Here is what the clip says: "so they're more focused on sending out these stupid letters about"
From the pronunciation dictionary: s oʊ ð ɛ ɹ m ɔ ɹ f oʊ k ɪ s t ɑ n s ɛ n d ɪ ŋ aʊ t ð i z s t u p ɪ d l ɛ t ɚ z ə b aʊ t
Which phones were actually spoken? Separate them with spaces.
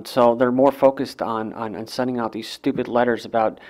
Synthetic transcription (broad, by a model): s oʊ ð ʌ ɹ m ɔ ɹ f oʊ k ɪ s t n n s ɛ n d ɪ ŋ aʊ t ð i z s t u p ɪ d l ɛ t ɚ z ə b aʊ t